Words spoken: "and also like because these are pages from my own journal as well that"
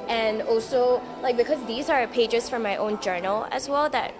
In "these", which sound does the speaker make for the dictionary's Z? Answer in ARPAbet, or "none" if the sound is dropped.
Z